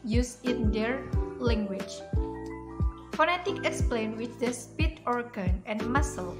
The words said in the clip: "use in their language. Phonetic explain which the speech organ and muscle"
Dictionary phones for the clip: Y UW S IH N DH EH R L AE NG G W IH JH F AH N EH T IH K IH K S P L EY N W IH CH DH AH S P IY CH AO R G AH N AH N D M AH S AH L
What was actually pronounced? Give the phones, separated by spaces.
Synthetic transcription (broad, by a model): Y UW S IH N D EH R L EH NG G W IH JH F AH N EH T IH K IH K S P L EY N W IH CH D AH S P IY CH AO R G AH N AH N M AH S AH L